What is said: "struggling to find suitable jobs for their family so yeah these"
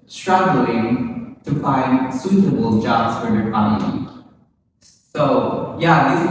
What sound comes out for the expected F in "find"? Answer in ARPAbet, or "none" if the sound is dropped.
F